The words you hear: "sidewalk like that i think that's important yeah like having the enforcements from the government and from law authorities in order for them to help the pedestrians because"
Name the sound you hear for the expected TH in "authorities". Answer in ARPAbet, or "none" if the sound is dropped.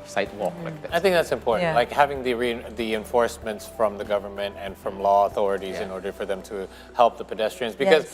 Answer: TH